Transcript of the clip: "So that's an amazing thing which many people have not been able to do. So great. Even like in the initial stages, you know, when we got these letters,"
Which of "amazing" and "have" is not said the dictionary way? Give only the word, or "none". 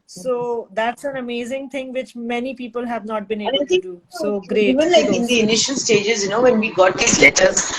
none